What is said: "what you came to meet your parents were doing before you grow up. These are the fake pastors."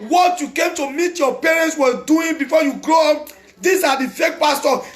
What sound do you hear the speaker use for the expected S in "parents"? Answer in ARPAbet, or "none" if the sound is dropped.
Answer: S